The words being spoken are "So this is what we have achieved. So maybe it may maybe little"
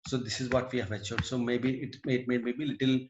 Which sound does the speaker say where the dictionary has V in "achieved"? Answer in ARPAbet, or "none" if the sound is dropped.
none